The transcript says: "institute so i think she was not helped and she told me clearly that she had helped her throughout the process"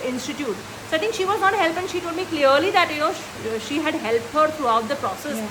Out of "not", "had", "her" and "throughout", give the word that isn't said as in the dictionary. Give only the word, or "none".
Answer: throughout